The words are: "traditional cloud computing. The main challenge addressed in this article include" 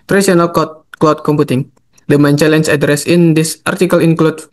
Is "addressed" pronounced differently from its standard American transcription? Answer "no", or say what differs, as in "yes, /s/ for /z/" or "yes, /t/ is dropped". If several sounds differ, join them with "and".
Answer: yes, /t/ is dropped